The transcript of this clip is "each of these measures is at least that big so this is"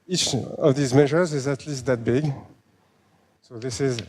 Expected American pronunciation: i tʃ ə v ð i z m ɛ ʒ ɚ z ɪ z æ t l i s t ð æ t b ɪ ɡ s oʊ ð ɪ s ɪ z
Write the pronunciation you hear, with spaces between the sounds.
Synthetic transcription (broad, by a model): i tʃ ə v ð i z m ɛ ʒ ɚ z ɪ z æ t l i s t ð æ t b ɪ ɡ s oʊ ð ɪ s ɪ z